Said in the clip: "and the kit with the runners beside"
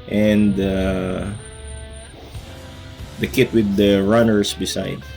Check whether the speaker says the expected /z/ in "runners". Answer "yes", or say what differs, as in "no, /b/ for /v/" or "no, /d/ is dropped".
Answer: no, /s/ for /z/